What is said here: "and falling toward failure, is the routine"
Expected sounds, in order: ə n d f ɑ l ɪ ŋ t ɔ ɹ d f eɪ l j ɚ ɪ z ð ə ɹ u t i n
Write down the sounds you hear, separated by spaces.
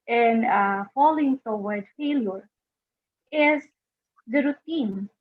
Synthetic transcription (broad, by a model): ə n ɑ f ɑ l ɪ ŋ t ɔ w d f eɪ l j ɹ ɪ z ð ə ɹ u t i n